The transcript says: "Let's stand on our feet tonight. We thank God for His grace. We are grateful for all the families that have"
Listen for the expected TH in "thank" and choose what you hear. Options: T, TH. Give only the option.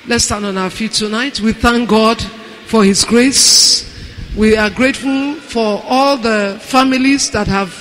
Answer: TH